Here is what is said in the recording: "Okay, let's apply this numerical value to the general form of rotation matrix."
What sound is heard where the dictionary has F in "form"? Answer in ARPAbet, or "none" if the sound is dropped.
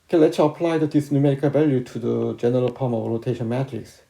P